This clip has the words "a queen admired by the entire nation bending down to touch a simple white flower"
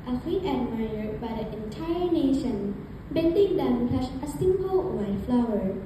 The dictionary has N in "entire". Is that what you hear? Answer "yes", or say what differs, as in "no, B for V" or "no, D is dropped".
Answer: yes